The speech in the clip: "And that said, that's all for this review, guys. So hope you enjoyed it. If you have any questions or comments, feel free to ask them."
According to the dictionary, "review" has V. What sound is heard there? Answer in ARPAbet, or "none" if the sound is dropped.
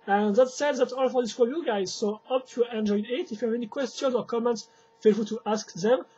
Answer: none